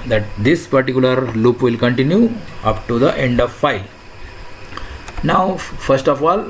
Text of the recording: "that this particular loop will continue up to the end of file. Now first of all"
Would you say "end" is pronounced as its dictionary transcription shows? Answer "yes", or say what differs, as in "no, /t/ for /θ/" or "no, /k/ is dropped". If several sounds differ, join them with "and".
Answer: yes